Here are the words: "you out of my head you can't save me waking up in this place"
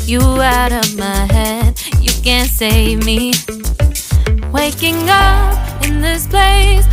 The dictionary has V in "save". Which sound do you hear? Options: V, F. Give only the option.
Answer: V